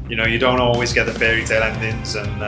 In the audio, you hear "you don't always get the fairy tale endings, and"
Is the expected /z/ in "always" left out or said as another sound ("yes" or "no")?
no